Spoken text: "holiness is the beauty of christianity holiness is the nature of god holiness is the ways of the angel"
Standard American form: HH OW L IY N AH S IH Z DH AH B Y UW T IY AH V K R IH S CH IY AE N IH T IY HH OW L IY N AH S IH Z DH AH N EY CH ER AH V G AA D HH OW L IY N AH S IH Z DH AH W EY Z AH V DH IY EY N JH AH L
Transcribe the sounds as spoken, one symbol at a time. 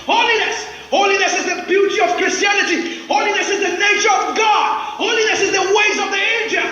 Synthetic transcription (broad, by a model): HH OW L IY N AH S IH Z DH AH B Y UW T IY AH V K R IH S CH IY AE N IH T IY HH OW L IY N AH S IH Z DH AH N EY CH ER AH V G AA D HH OW L IY N AH S IH Z DH AH W EY Z AH V DH IY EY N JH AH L